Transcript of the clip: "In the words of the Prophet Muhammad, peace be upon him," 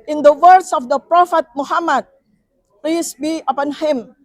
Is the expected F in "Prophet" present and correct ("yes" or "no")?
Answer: yes